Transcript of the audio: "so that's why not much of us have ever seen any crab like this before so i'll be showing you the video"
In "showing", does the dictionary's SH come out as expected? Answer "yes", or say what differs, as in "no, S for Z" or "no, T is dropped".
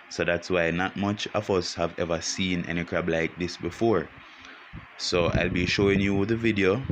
yes